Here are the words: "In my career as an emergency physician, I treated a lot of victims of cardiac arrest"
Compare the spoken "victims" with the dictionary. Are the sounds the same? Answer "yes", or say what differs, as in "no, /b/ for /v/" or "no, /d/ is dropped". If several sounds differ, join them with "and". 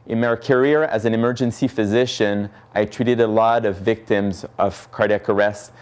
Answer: yes